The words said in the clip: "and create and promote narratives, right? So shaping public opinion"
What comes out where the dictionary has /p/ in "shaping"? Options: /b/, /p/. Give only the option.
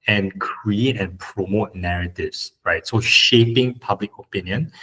/p/